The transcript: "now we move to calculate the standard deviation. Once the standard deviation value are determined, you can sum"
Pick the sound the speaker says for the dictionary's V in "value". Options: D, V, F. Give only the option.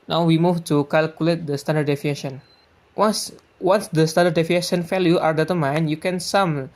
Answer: F